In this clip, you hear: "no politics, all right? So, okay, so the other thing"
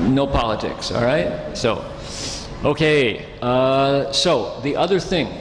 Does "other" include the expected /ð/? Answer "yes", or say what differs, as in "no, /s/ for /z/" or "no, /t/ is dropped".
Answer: yes